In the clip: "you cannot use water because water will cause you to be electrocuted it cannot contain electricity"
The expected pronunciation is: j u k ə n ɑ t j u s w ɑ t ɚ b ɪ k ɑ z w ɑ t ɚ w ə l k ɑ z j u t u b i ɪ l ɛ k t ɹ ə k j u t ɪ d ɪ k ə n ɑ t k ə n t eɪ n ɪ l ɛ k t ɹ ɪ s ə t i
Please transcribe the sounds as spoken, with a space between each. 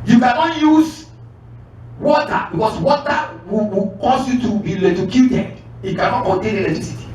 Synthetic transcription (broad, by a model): j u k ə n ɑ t j u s w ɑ t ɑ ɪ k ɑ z w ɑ t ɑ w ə w k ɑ s j u t u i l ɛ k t ə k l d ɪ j ɪ k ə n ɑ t k ə n t eɪ n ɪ l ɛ k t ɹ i s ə t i